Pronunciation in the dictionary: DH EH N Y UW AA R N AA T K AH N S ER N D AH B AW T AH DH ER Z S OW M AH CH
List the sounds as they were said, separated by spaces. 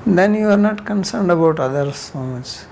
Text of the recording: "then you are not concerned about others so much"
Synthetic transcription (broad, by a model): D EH N Y UW AA R N AA T K AH N S ER N D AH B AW T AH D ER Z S OW M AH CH